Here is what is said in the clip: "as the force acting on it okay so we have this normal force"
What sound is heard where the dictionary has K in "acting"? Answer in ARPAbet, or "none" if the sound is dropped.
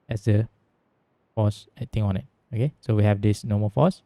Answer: none